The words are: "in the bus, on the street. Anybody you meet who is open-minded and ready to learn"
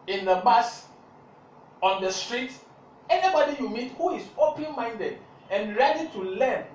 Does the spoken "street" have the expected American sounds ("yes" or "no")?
yes